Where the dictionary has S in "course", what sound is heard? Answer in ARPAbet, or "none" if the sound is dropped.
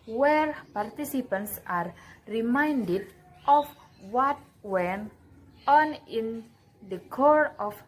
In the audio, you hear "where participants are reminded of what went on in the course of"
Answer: none